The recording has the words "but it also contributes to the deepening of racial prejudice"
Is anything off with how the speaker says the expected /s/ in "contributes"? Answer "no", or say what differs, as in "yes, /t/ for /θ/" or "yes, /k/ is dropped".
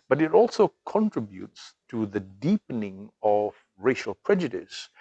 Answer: no